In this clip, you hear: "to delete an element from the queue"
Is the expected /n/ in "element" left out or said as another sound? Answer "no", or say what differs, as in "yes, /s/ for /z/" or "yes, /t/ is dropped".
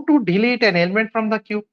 no